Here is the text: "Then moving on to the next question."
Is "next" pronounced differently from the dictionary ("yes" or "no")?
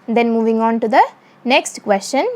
no